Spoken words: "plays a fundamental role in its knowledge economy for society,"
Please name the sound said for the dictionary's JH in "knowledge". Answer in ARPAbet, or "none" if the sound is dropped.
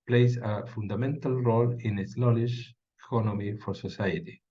SH